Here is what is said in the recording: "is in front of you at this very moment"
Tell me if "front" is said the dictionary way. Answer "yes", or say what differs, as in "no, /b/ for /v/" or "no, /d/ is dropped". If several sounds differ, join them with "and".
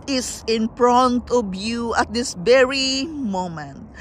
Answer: no, /p/ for /f/